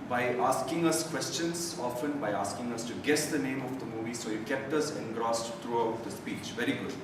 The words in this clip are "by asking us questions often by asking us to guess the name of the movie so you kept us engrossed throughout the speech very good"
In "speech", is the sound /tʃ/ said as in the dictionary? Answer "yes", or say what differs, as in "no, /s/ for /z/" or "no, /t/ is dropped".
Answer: yes